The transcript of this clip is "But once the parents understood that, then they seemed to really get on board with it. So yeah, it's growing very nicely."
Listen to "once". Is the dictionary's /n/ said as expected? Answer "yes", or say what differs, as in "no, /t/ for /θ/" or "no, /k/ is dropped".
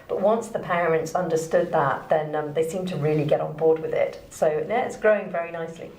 yes